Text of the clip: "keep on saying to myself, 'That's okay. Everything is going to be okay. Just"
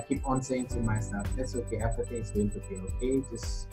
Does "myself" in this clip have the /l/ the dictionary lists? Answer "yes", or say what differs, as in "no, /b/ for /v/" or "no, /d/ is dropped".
no, /l/ is dropped